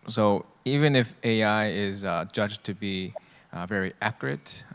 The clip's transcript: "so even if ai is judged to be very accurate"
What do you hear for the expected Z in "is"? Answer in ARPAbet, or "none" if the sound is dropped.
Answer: Z